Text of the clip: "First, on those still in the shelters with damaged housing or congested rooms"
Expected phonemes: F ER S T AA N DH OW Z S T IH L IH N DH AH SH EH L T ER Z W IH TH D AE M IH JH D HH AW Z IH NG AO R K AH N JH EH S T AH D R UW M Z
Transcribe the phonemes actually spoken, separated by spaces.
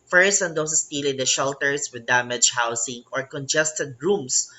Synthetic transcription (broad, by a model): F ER S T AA N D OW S S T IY L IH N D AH SH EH L T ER S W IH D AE M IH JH HH AW S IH NG AO R K AH N JH EH S T AH D R UW M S